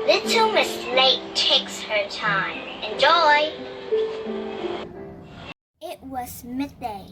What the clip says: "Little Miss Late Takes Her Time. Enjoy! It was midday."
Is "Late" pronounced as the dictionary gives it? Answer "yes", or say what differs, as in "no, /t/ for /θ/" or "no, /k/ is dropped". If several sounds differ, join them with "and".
no, /n/ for /l/